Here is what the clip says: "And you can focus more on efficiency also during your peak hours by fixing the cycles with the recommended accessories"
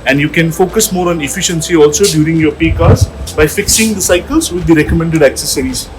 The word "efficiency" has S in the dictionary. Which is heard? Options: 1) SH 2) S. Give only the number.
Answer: 2